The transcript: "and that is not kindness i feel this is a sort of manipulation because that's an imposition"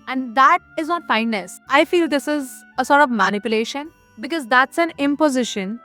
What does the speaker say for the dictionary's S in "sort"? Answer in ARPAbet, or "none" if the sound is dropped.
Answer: S